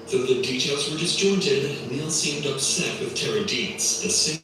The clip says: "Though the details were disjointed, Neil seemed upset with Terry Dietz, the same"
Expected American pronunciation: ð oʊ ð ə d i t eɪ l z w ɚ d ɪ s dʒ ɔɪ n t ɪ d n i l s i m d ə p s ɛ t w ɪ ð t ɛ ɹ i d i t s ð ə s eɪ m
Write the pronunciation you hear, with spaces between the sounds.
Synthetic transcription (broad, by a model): ð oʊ ð ə d i t eɪ l z w ɚ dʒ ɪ s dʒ ɔɪ n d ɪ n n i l s i m d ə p s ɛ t w ɪ ð t ɛ ɹ i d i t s ð ə s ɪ